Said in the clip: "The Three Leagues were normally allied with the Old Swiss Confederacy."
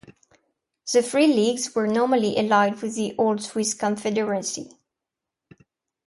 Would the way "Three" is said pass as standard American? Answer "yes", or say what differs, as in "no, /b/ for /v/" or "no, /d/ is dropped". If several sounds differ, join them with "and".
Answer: no, /f/ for /θ/